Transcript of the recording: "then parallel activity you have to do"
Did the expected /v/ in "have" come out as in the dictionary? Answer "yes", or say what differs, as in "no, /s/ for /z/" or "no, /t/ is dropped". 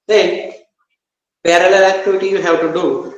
no, /w/ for /v/